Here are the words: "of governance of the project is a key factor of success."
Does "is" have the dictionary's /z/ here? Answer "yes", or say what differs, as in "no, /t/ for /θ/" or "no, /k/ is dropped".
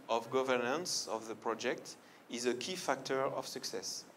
yes